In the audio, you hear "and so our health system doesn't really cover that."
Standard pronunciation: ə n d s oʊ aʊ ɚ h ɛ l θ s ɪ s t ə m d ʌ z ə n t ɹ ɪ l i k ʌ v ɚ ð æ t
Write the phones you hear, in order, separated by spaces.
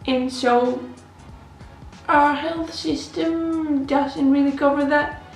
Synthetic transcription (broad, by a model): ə n s oʊ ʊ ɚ h ɛ l θ s ɪ s t ə m d ʌ z ə n t ɹ ɪ l i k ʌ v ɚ ð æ t